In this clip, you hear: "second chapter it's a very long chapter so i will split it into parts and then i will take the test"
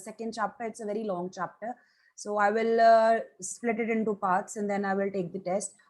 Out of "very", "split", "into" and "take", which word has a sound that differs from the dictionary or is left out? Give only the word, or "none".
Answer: none